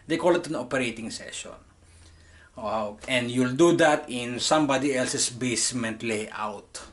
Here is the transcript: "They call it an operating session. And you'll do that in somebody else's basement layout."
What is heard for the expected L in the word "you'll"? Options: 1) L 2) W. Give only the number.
1